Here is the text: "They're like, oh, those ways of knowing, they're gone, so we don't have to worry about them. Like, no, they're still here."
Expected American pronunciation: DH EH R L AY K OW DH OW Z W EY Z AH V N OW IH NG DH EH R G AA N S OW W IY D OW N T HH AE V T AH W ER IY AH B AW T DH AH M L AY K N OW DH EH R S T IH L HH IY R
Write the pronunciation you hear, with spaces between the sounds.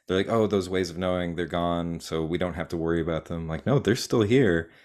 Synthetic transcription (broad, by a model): DH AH R L AY K OW DH OW Z W EY Z AH V N OW IH NG DH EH R G AA N S OW W IY D OW N T HH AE F T AH W ER IY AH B AW T DH AH M L AY K N OW DH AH R S T IH L HH IY R